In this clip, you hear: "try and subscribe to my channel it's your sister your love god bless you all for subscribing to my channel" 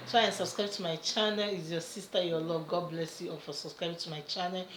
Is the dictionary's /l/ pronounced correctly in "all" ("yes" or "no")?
no